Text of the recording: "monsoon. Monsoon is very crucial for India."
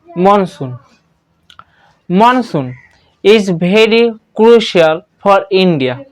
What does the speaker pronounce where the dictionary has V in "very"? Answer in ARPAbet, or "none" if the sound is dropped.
B